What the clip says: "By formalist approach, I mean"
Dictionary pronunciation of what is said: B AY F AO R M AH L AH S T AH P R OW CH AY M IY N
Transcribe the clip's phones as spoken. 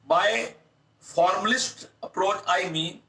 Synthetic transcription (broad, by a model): B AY F AO R M AH L AH S T AH P R OW CH AY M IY